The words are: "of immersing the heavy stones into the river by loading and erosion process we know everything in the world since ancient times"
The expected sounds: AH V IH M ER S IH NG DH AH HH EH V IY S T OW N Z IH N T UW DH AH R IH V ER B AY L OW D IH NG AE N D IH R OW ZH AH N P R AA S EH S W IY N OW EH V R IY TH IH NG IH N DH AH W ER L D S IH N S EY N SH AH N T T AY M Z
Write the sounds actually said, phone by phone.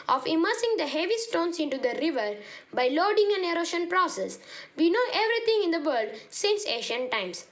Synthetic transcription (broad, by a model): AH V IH M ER S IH NG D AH HH EH V IY S T OW N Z IH N T UW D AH R IH V ER B AY L OW D IH NG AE N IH R OW SH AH N P R AA S EH S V IY N OW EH V R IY T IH NG IH N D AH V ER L D S IH N S EY SH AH N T T AY M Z